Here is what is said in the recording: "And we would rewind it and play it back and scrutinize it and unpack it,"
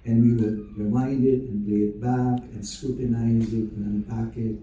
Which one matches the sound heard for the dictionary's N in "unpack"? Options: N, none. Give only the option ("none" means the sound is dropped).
none